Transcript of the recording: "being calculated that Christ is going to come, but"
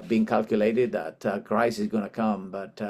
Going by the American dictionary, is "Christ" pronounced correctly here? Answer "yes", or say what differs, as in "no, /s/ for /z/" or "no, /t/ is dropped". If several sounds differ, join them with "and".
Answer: no, /t/ is dropped